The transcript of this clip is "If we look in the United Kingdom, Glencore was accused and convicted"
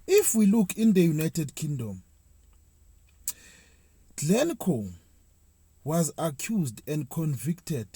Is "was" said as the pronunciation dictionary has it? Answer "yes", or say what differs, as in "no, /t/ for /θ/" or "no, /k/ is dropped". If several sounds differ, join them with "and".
yes